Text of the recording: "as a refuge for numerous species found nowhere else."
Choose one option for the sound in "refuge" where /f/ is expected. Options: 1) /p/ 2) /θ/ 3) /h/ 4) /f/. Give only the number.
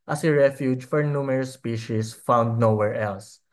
4